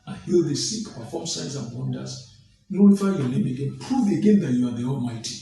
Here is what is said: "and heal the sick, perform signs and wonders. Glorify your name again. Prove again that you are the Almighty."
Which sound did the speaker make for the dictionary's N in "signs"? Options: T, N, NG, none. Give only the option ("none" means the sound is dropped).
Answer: none